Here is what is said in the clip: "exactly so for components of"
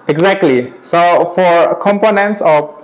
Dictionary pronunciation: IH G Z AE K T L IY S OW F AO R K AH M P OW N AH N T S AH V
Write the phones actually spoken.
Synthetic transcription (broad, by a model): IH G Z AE K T L IY S OW F AO R K AH M P OW N AH N T S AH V